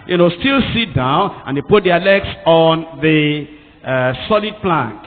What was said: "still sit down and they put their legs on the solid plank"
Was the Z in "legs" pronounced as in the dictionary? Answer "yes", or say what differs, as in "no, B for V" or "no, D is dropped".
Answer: no, S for Z